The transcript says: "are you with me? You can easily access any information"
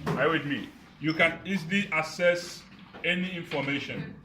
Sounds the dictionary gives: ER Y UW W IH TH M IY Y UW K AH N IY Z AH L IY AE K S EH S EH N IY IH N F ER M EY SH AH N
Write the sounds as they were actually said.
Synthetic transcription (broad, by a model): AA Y W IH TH M IY Y UW K AH N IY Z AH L IY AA S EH S EH N IY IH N F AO M EY SH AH N